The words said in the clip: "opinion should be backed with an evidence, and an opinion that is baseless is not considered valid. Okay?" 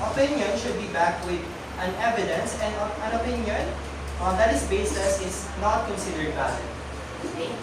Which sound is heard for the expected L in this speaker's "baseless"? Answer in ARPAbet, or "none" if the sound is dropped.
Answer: none